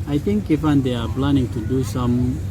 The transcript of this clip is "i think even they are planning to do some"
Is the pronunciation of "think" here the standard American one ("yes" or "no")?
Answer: no